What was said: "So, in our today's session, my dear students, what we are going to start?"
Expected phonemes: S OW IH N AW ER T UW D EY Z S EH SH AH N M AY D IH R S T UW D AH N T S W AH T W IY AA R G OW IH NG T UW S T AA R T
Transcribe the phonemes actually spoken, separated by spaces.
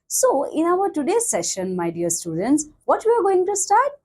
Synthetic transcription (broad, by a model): S OW IH N AW ER T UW D EY S EH SH AH N M AY D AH R S T UW D AH N T S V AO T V IY AA R G OW IH NG T UW S T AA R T